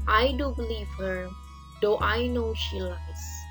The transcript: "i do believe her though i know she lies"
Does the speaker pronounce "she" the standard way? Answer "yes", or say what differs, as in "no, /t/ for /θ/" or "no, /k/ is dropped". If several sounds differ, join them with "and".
yes